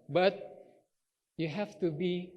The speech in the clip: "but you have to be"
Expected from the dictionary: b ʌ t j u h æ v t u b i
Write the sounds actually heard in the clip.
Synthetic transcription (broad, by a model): b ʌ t j u h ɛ f t u b i